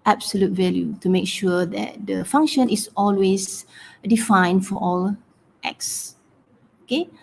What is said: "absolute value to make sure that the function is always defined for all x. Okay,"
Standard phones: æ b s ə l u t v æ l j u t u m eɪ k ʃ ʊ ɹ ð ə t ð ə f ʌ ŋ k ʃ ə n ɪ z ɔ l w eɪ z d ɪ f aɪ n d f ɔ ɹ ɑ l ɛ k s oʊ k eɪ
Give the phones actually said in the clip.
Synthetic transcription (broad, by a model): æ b s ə l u t v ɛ l j u t u m eɪ k ʃ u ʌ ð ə t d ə f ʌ ŋ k ʃ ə n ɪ s ɔ l w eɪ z d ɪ f aɪ n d f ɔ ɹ ɑ l ɛ k s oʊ k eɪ